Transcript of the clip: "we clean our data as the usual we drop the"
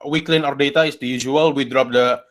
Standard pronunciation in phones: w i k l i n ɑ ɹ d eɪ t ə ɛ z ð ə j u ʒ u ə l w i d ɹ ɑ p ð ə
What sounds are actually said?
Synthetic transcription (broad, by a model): w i k l i n ɑ ɹ d eɪ t ə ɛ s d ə j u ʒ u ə l w i d ɹ ɑ p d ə